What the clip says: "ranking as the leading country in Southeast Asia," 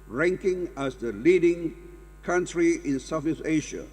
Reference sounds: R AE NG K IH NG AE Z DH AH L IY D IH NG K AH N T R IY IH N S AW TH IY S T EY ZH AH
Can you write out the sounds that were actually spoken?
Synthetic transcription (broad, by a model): R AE NG K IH NG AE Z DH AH L IY D IH NG K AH N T R IY IH N S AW F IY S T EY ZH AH